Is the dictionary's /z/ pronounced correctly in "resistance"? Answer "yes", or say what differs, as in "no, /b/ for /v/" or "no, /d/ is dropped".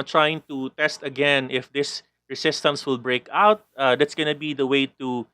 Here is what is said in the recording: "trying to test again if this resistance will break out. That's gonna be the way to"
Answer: no, /s/ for /z/